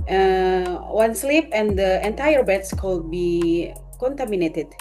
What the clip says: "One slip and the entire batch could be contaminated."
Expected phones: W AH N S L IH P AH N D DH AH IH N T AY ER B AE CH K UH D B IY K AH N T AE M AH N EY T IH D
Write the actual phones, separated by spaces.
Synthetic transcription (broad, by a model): W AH N S L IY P AH N D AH IH N T AY ER B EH S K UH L B IY K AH N T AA M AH N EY T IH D